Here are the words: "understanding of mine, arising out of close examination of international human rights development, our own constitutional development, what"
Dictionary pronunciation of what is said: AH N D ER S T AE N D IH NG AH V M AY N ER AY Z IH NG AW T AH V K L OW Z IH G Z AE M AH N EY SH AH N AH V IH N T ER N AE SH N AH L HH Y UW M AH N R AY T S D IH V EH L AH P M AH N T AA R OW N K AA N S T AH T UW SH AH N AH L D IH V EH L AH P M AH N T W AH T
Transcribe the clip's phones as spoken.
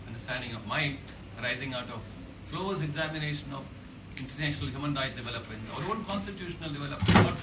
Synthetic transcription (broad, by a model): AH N D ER S T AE N D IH NG AH V M AY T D AY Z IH NG AW T AH V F L OW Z IH G Z AE M AH N EY SH AH N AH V IH N T ER N AE SH N AH L HH Y UW M AH N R AY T D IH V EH L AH P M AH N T AA R OW N K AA N S T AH T UW SH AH N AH L D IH V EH L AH P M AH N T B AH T